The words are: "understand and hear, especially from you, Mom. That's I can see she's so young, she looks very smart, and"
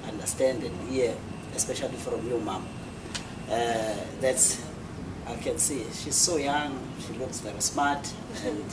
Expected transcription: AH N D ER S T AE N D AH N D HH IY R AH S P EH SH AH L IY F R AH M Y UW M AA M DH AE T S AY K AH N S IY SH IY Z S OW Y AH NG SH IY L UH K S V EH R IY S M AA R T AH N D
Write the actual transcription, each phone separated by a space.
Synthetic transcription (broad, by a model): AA N D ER S T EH N D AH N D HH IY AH AH S P EH SH AH L IY F R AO M Y UW M AA M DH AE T S AY K AH N S IY SH IY Z S OW Y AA NG SH IY L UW K S V EH R IY S M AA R T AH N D